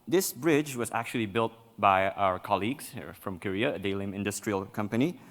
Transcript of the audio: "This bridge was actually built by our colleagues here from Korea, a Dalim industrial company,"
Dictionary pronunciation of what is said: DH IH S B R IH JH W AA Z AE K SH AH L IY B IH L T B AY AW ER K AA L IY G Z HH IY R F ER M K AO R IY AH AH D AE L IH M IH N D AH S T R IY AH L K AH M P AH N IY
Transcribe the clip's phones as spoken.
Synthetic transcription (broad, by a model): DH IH S B R IH JH W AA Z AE K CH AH L IY B IH L T B AY AW ER K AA L IY G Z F R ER M K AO R IY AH AH D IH L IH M IH N D AH S T R IY AH L K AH M P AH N IY